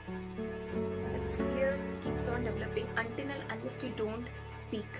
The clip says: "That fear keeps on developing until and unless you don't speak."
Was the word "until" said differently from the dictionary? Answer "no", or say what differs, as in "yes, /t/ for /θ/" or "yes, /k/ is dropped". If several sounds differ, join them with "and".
yes, /n/ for /l/